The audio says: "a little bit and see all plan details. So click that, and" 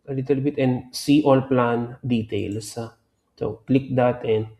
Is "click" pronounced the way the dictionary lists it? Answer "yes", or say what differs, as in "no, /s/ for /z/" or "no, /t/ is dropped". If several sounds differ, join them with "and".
yes